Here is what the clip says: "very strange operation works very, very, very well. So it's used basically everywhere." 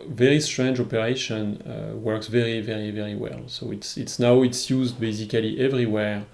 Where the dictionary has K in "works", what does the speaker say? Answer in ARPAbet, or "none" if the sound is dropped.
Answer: K